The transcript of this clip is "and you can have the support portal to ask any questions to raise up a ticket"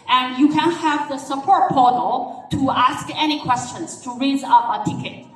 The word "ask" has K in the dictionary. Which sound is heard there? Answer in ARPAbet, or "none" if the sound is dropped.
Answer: K